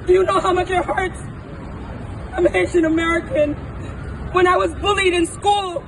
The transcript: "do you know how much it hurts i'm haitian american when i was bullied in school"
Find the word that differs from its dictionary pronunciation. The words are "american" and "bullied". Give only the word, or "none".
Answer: none